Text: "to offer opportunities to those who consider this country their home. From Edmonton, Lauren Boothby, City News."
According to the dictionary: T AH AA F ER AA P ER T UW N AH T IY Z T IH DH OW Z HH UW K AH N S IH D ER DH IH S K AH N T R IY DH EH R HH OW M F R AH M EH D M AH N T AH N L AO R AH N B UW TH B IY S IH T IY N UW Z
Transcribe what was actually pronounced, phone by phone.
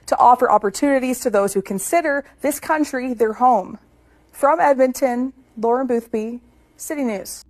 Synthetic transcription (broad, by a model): T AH AA F ER AA P ER T UW N AH T IY Z T IH DH OW Z HH UW K AH N S IH D ER DH IH S K AH N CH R IY DH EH R HH OW M F R AH M EH D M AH N T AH N L AO R AH N B UW TH B IY S IH T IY N UW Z